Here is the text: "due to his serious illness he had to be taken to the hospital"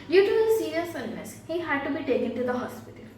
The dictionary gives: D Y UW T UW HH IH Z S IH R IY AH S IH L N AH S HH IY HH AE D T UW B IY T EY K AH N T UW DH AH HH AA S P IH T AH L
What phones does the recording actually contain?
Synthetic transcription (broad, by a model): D Y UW T UW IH S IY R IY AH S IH N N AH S HH IY HH AE D T UW B IY T EY K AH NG T UW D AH HH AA S P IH T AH L